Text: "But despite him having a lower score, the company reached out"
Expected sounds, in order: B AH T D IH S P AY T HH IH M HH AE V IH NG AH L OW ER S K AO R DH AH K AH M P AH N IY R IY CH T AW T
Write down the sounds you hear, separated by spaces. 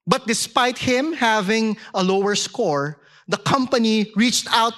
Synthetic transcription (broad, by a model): B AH T D IH S P AY T HH IH M HH AE V IH NG AH L OW ER S K AO R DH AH K AH M P AH N IY R IY CH T AW T